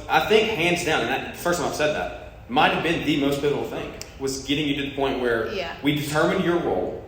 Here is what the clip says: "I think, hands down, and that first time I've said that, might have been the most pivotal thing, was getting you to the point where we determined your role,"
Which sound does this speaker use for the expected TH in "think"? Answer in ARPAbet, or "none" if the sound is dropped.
TH